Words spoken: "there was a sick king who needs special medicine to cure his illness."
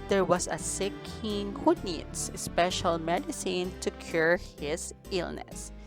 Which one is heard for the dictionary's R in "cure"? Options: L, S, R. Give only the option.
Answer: R